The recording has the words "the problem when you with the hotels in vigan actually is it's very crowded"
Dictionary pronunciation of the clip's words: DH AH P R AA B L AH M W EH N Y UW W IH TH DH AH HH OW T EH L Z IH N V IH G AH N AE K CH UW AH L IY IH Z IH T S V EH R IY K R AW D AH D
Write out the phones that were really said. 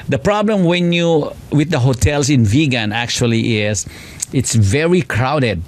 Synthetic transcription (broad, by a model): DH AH P R AA B L AH M W EH N Y UW W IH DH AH HH OW T EH L S IH N V IH G AH N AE K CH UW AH L IY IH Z IH T S V EH R IY K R AW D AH D